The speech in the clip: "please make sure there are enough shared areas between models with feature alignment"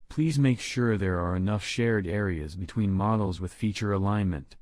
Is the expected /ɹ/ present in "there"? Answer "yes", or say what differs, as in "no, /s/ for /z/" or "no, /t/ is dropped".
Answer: yes